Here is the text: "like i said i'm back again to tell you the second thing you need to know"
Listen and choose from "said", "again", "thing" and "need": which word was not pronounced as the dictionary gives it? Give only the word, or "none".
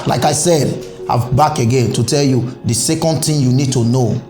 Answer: thing